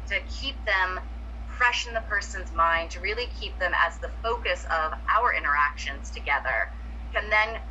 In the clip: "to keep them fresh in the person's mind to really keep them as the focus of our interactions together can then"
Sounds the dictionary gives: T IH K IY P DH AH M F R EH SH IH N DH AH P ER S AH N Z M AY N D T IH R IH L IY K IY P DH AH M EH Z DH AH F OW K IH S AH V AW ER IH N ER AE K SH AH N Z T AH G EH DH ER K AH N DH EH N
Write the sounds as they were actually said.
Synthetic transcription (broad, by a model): T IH K IY P DH AH M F R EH SH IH N DH AH P ER S AH N Z M AY N D T IH R IH L IY K IY P DH AH M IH Z DH AH F OW K IH S AH V AW ER IH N ER AE K SH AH N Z T AH G EH DH ER K AH N DH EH N